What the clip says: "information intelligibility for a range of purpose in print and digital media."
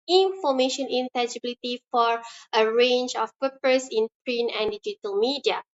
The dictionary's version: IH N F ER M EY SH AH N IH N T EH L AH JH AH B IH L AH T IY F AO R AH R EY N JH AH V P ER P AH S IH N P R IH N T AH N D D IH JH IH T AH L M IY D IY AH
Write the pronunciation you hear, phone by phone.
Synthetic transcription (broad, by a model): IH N F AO M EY SH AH N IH N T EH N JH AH B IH L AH T IY F AO R AH R EY N JH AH F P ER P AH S IH N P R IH N AH N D D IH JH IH T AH L M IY D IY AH